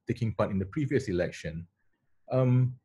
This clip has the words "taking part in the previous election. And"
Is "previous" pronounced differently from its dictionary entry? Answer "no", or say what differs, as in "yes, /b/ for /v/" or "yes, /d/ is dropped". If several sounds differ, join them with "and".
no